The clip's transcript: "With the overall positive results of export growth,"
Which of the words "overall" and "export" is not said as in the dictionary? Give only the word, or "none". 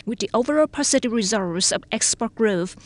none